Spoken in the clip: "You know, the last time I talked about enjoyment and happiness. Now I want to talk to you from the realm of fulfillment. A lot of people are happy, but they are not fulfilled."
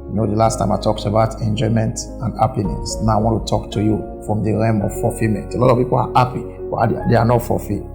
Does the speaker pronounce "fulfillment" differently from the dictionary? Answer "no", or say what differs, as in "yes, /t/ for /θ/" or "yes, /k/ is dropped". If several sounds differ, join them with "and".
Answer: yes, /l/ is dropped and /l/ is dropped and /n/ is dropped